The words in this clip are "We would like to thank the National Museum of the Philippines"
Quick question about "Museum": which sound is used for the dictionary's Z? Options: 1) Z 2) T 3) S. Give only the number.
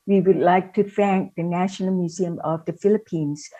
1